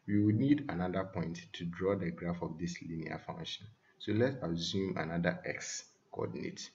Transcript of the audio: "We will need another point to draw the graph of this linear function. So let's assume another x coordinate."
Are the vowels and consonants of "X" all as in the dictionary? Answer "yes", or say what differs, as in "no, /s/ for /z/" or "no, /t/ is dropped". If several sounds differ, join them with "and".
yes